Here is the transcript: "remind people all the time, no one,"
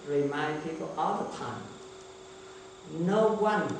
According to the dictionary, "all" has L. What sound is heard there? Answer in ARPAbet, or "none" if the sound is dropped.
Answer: L